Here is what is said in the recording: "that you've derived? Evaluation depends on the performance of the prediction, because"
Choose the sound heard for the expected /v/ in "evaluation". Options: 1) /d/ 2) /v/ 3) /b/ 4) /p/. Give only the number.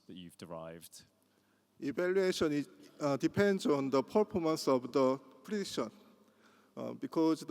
3